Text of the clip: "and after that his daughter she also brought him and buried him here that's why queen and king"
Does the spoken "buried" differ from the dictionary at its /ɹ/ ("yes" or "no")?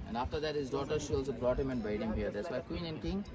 yes